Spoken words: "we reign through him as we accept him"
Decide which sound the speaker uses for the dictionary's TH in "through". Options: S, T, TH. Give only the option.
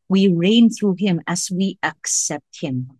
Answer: TH